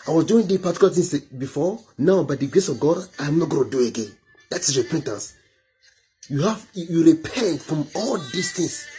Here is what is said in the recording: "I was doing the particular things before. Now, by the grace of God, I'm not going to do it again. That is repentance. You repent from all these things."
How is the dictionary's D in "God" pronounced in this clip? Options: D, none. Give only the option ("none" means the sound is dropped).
D